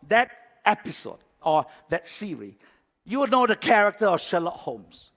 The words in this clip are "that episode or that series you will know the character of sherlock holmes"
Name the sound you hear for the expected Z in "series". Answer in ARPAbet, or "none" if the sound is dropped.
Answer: none